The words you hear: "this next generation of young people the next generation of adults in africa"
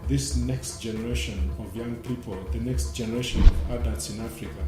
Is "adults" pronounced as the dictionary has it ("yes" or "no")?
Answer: no